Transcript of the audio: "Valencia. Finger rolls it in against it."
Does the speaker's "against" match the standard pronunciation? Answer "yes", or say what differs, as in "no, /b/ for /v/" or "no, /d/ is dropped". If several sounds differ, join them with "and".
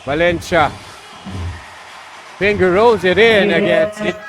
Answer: no, /t/ is dropped